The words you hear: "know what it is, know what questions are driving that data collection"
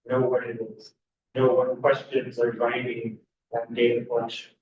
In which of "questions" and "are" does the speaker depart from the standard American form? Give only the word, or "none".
none